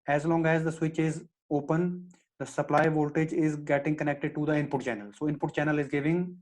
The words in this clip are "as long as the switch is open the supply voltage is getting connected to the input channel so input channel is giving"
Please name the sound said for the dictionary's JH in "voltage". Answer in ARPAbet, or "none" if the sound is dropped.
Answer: JH